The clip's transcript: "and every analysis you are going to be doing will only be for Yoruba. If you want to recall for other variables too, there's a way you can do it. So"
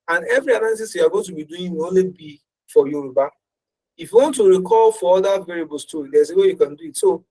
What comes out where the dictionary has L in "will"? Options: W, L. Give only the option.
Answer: W